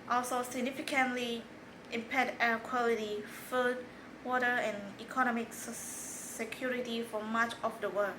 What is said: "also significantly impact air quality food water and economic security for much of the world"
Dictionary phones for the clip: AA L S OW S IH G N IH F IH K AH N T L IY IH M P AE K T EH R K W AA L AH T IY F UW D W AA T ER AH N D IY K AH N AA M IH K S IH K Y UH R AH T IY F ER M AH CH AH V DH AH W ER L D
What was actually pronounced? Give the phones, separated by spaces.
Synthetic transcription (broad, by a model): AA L S OW S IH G N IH F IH K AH N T L IY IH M P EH T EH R K W AA L AH T IY F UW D W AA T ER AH N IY K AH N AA M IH K S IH K Y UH R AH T IY F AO M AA CH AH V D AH W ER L